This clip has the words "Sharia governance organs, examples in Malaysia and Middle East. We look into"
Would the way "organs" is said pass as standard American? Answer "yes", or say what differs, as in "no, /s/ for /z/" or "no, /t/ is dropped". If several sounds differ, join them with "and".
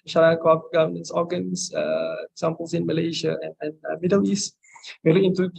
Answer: no, /s/ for /z/